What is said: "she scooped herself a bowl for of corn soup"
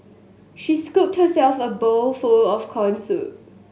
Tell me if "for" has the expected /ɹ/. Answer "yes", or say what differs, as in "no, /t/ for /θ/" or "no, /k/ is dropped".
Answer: no, /l/ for /ɹ/